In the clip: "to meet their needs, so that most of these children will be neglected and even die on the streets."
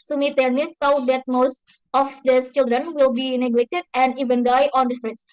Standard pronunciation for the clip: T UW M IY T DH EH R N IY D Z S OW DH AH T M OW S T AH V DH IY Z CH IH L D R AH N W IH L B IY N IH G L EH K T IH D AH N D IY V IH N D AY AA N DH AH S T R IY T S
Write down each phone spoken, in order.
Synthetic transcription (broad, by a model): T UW M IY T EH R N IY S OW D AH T M OW S T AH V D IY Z CH IH L D R AH N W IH L B IY N IH G L EH K T IH D AH N D IY V IH N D AY AA N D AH S T R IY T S